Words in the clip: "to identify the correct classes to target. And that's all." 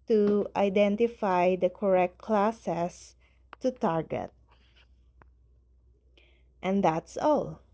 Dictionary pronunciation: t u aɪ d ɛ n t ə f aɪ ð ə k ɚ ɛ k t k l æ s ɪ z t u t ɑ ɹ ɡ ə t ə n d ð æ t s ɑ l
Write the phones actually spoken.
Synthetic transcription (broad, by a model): t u aɪ d ɛ n t ə f aɪ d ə k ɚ ɛ k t k l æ s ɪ s t u t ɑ ɹ ɡ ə t ə n d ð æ t s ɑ l